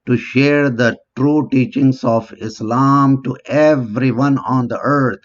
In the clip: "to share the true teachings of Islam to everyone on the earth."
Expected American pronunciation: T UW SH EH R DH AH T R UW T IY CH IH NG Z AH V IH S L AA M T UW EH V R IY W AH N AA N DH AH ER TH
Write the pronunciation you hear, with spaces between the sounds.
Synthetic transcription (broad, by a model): T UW SH EH R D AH T R UW T IY CH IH NG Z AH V IH S L AA M T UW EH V R IY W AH N AA N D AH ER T